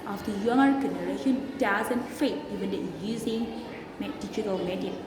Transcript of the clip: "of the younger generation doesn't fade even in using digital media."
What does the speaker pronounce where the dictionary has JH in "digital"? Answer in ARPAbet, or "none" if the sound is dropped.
CH